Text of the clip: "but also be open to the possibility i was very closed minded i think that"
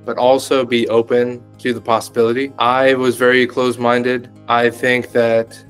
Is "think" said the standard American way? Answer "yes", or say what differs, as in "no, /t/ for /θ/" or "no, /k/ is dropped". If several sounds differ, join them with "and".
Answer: yes